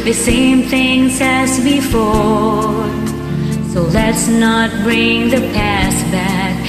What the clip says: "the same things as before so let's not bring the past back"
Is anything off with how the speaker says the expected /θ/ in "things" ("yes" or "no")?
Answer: no